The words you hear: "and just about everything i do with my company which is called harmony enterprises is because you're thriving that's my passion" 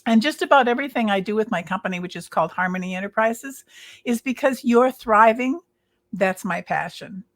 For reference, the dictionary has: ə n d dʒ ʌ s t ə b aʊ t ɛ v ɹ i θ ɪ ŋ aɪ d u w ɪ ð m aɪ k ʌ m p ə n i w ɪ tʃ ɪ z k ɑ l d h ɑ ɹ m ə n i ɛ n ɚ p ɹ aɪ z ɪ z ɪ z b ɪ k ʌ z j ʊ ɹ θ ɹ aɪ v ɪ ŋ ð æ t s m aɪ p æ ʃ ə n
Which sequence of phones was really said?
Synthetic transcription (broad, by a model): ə n dʒ ʌ s t ə b aʊ t ɛ v ɹ i θ ɪ ŋ aɪ d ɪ w ɪ ð m aɪ k ʌ m p ə n i w ɪ tʃ ɪ z k ɑ l d h ɑ ɹ m ə n i ɛ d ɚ p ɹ aɪ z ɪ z ɪ z b ɪ k ʌ z j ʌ ɹ θ ɹ aɪ v ɪ ŋ ð æ t s m aɪ p æ ʃ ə n